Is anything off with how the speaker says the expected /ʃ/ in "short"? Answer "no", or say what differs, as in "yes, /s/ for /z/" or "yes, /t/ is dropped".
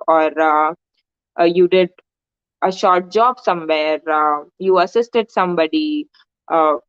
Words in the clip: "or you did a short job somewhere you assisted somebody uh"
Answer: no